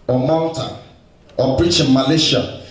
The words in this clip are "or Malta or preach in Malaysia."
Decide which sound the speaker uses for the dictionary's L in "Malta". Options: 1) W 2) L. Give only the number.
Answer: 1